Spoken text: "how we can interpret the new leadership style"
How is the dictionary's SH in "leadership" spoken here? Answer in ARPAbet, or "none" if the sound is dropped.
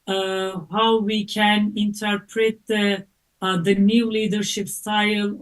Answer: SH